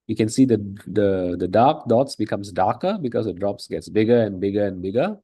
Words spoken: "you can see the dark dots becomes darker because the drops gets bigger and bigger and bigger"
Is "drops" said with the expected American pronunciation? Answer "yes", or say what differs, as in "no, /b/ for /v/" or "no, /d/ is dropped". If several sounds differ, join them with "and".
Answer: yes